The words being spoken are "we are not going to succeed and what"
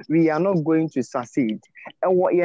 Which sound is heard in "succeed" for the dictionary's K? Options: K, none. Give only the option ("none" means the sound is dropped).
none